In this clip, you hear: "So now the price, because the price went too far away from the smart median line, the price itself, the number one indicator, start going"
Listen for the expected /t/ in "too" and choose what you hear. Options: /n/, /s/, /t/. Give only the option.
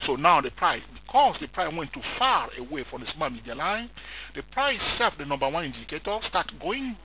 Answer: /t/